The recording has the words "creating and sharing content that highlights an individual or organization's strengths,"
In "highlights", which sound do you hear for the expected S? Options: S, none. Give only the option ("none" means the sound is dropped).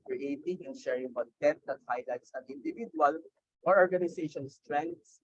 S